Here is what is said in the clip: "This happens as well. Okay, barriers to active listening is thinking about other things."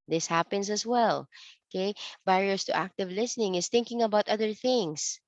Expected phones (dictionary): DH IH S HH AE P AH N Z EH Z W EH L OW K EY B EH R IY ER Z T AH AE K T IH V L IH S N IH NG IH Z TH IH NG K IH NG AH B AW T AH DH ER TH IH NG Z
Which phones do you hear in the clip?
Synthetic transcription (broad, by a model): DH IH S HH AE P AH N S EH S W EH L OW K EY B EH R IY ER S T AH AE K T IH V L IH S N IH NG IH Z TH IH NG K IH NG AH B AW T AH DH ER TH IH NG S